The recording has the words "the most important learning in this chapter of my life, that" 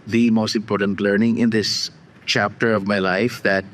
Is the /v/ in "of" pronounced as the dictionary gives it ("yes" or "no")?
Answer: yes